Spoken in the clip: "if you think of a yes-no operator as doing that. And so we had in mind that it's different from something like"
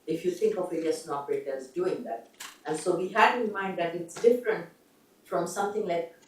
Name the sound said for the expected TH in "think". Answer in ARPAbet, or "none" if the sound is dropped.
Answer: T